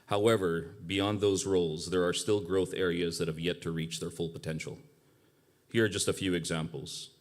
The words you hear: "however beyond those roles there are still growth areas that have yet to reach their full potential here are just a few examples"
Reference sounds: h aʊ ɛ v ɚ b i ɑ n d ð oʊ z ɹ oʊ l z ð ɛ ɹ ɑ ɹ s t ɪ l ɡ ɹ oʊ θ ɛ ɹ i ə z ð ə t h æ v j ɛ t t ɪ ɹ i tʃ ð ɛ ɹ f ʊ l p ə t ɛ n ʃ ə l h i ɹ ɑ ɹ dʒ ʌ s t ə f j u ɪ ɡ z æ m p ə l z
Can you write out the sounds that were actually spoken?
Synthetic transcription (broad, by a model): h aʊ ɛ v ɚ b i ɑ n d ð oʊ z ɹ oʊ l z ð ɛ ɹ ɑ ɹ s t ɪ l ɡ ɹ oʊ θ ɛ ɹ i ə z ð ə t h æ v j ɛ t t ɪ ɹ i tʃ ð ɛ ɹ f ʊ l p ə t ɛ n ʃ l h i ɹ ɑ ɹ dʒ ʌ s t ə f j u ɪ ɡ z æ m p l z